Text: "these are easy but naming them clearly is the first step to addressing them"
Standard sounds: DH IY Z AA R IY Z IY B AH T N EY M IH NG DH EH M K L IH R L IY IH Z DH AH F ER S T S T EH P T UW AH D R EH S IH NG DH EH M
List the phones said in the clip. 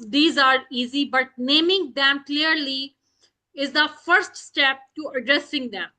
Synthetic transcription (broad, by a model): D IY Z AA R IY Z IY B AH T N EY M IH NG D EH M K L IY R L IY IH Z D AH F ER S T S T EH P T UW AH D R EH S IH NG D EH M